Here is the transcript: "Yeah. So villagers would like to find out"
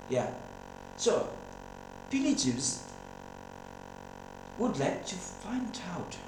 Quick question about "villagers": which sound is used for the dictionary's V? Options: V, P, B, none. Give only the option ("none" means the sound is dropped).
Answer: P